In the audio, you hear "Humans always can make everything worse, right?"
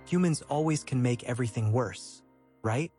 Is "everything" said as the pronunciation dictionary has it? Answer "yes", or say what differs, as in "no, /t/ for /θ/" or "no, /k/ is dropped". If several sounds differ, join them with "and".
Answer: yes